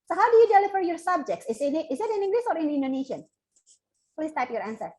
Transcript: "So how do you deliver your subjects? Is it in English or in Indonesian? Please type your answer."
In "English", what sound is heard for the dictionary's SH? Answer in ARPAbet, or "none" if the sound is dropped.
S